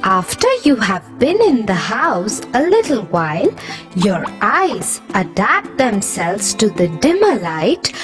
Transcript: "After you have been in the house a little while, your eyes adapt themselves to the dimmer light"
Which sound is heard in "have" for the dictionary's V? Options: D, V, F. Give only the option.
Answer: V